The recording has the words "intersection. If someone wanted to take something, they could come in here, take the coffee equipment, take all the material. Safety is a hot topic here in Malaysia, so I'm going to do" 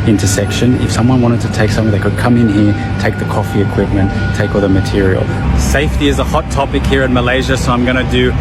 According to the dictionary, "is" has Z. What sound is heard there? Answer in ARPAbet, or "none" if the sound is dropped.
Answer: Z